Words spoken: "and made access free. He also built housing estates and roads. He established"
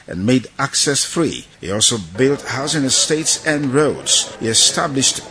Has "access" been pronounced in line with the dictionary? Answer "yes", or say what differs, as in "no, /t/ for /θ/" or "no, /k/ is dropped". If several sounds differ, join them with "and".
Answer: yes